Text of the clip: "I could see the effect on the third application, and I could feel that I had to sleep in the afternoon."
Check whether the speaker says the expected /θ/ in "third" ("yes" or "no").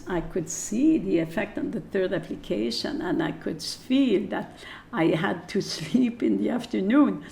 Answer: yes